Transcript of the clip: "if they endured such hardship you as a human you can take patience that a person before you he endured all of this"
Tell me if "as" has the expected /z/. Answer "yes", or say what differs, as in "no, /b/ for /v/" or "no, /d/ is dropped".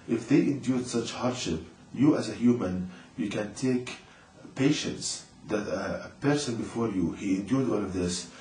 yes